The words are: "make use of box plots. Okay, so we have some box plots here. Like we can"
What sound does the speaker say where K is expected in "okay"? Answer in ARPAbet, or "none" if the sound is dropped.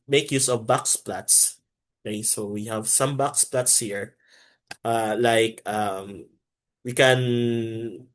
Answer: none